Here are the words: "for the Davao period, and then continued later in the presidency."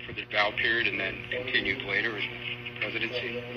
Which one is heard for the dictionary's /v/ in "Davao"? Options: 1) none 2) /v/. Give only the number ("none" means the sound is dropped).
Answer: 1